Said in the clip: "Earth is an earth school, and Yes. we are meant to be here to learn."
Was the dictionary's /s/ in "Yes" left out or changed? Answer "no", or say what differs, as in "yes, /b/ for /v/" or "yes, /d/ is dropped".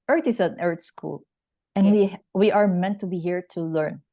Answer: yes, /s/ is dropped